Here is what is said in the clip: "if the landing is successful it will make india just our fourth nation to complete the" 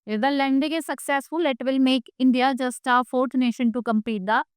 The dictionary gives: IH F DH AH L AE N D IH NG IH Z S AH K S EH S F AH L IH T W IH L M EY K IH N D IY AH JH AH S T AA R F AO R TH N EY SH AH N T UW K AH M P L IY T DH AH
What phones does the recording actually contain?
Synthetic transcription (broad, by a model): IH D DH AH L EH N D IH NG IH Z S AH K S EH S F AH L IH T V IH L M EY K IH N D IY AH JH AH S T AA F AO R T N EY SH AH N T UW K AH M P IY T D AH